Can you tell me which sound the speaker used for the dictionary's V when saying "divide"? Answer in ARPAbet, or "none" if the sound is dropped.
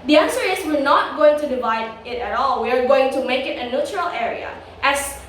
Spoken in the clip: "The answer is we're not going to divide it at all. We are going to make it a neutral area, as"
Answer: V